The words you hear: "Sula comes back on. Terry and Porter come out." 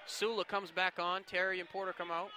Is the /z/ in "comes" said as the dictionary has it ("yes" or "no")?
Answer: yes